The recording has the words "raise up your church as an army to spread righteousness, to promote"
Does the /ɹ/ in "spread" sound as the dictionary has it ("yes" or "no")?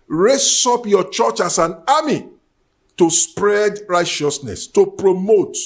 yes